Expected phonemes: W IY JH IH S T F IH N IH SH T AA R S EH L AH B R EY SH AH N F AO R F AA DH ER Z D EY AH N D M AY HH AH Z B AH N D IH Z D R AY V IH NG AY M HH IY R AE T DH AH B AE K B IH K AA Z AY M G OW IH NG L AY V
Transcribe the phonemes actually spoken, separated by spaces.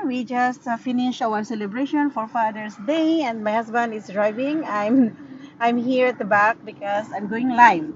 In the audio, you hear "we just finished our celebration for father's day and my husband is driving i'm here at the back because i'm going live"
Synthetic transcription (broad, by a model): W IY JH IH S T F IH N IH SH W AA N S EH L AH B R EY SH AH N F AO R F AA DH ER S D EY AH N D M AY HH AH S B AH N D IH S D R AY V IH NG AY M HH IY R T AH B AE K B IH K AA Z AY M G OW IH NG L AY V